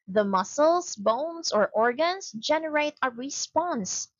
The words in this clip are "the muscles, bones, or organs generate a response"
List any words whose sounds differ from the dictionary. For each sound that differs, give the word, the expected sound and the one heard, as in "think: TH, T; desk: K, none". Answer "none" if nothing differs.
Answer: muscles: Z, S; bones: Z, S; organs: Z, S